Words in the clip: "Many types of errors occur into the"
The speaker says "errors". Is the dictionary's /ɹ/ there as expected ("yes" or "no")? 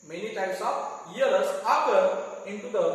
no